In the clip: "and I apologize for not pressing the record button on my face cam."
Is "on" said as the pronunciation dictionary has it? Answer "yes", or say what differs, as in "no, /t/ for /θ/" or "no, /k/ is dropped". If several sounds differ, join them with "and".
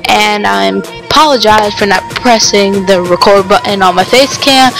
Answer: no, /l/ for /n/